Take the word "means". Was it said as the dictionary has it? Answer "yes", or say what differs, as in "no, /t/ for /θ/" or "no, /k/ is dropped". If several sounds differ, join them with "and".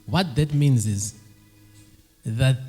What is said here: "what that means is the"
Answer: yes